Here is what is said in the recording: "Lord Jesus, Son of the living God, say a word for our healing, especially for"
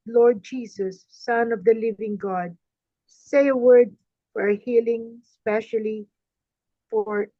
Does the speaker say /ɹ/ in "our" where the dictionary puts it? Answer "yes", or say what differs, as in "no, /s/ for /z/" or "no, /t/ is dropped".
yes